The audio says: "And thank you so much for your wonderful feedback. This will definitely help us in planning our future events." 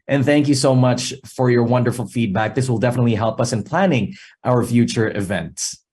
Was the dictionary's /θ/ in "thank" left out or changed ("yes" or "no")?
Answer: no